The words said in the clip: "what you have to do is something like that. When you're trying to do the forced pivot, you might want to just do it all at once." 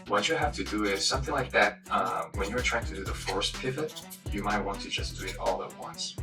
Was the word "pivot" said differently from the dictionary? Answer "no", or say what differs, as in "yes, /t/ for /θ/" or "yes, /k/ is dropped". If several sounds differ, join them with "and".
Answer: no